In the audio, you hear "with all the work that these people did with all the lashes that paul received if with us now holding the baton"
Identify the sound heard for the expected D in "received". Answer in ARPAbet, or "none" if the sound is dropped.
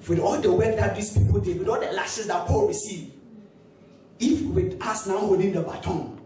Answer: none